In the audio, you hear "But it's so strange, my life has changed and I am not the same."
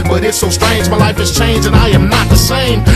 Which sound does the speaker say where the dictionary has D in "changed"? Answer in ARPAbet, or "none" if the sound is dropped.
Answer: none